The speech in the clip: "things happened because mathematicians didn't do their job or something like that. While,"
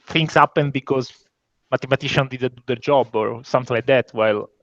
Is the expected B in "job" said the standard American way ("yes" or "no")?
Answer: yes